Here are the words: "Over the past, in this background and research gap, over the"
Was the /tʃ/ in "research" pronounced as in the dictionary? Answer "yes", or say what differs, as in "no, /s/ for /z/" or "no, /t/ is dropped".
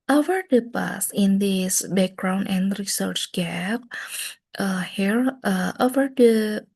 yes